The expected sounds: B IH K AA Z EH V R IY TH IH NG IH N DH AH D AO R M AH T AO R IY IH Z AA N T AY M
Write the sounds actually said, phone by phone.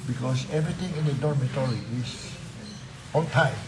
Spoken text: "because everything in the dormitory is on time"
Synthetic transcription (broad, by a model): B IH K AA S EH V R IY T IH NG IH N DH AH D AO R M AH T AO R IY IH S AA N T AY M